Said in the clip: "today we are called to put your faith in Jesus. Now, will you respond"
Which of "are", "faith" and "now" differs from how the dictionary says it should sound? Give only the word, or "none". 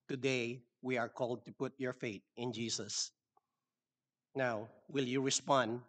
faith